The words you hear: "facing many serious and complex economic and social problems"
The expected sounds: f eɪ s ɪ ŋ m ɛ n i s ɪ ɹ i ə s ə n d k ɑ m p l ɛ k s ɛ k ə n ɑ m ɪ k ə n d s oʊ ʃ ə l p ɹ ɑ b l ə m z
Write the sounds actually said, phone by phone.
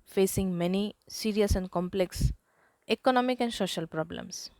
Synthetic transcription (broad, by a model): f eɪ s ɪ ŋ m ɛ n i s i ɹ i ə s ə n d k ɑ m p l ɛ k s ɛ k ə n ɑ m ɪ k ə n d s oʊ ʃ ə l p ɹ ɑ b l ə m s